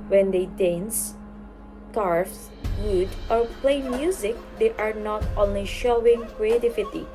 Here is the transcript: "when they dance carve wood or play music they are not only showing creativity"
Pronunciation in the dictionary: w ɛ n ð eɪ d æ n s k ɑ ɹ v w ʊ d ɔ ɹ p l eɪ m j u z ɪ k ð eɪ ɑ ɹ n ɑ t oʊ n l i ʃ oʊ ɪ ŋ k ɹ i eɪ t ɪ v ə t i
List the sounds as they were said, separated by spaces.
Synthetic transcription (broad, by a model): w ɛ n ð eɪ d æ n s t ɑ ɹ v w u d ɔ ɹ p l eɪ m j u z ɪ k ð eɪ ɑ ɹ n ɑ t oʊ n l i ʃ oʊ ɪ ŋ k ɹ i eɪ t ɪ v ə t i